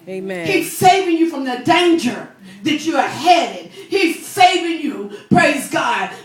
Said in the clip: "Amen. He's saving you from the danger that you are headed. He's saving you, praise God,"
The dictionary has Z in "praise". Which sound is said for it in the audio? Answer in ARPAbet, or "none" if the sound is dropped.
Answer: Z